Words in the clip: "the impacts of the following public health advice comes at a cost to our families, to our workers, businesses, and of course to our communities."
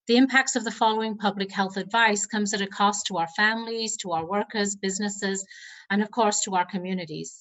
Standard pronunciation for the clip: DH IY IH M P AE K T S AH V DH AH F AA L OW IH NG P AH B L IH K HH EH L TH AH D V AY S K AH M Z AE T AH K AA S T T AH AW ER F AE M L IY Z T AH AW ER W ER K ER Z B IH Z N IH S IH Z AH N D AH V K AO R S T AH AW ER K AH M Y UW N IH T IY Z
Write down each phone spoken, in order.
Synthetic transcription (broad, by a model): DH IY IH M P AE K T S AH V DH AH F AA L OW IH NG P AH B L IH K HH EH L TH AH D V AY S K AH M Z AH T AH K AA S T T AH AW ER F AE M L IY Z T AH AW ER W ER K ER Z B IH Z N IH S IH Z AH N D AH V K AO R S T AH AW ER K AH M Y UW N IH T IY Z